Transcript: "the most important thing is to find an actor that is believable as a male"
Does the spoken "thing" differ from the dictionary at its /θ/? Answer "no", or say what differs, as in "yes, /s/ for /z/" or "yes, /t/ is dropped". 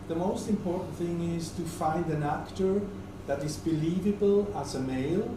no